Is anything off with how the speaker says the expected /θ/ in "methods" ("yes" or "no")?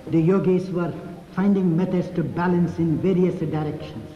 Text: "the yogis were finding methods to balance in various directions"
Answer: yes